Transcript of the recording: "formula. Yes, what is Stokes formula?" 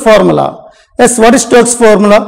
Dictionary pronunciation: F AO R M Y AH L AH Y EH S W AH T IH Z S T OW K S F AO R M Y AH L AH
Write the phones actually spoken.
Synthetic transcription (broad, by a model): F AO R M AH L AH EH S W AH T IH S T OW S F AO R M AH L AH